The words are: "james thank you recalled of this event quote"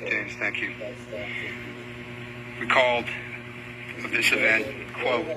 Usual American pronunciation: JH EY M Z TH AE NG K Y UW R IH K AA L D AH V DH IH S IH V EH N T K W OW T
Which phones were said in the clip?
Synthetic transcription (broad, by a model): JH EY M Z TH AE NG K Y UW W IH K AA L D AH V DH IH S IH V EH N T K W OW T